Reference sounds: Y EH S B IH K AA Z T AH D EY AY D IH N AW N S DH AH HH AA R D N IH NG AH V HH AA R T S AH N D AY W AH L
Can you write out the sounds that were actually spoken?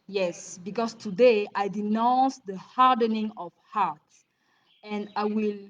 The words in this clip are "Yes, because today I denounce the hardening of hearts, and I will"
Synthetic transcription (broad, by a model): Y EH S B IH K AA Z T AH D EY AY D IH N AW N S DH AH HH AA R D N IH NG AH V HH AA R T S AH N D AY W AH L